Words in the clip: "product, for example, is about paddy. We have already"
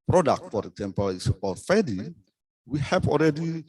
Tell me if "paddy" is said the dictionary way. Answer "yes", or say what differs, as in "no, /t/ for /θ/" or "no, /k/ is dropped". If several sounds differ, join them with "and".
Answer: no, /f/ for /p/